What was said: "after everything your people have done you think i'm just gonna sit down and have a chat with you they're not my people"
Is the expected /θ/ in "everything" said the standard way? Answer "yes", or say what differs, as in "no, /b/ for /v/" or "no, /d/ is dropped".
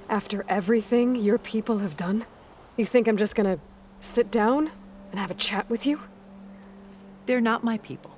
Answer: yes